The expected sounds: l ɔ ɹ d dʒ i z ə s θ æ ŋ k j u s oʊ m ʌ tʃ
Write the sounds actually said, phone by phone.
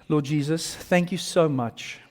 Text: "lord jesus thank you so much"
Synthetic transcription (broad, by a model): l ɔ d dʒ i z ə s θ æ ŋ k j u s oʊ m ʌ tʃ